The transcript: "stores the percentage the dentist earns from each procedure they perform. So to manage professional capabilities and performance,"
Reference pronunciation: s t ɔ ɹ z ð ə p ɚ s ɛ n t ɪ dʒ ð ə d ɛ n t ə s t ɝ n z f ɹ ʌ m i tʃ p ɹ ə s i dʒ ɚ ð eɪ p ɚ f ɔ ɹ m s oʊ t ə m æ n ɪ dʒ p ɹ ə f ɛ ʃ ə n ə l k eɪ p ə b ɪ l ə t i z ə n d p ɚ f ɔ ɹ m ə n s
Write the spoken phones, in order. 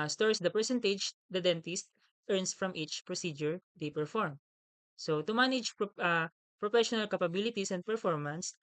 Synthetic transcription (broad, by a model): s t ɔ ɹ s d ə p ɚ s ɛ n t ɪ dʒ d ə d ɛ n t ə s t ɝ n s f ɹ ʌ m i tʃ p ɹ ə s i dʒ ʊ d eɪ p ɚ f ɔ ɹ m s oʊ t ə m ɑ n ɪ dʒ p ɹ ə f ɛ ʃ ə n ə l k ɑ p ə b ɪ l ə t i s ə n d p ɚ f ɔ ɹ m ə n s